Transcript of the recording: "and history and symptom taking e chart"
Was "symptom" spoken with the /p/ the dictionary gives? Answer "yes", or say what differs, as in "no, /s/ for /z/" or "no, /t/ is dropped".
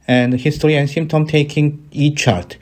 no, /p/ is dropped